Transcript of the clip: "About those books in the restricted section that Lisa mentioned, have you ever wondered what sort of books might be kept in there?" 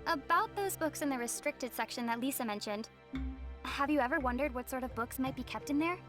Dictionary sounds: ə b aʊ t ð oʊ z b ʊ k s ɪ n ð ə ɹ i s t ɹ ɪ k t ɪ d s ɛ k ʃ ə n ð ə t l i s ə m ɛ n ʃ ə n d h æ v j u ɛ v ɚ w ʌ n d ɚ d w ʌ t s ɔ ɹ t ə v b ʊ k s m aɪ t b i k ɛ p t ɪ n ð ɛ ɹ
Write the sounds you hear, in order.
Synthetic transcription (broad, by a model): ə b aʊ t ð oʊ z b ʊ k s ɪ n ð ə ɹ i s t ɹ ɪ k t ɪ d s ɛ k ʃ ə n ð ə t l i s ə m ɛ n ʃ ə n d h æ v j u ɛ v ɚ w ʌ n d ɚ d w ʌ t s ɔ ɹ t ə v b ʊ k s m aɪ t b i k ɛ p t ɪ n ð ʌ ɹ